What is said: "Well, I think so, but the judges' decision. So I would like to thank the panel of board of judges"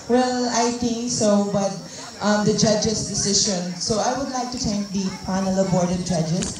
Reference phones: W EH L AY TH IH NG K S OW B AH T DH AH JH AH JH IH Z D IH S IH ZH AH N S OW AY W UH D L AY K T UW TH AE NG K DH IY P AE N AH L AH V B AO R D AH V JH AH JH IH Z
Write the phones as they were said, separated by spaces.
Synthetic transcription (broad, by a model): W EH L AY T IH NG K S OW B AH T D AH JH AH JH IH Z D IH S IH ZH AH N S OW AY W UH D L AY K T UW T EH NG K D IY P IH N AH L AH B AO R D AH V JH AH JH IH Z